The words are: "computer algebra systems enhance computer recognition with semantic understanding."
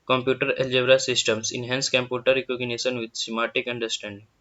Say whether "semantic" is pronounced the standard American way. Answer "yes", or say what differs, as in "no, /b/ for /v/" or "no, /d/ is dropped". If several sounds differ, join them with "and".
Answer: no, /n/ is dropped